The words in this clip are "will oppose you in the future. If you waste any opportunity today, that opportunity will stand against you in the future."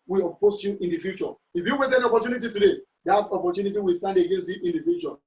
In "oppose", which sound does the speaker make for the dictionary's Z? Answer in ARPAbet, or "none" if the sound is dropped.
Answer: S